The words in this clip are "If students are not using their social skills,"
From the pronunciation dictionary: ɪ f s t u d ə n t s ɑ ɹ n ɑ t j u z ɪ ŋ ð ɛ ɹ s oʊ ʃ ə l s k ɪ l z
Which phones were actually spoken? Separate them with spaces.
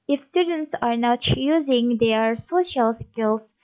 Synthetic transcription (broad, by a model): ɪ f s t u d ə n t s ɑ ɹ n ɑ t j u z ɪ ŋ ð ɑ ɹ s oʊ ʃ ə l s k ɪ l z